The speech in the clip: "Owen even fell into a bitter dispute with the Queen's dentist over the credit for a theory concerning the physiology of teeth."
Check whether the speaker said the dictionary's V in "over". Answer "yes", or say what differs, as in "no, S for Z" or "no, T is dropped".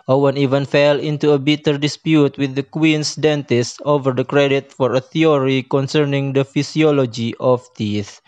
yes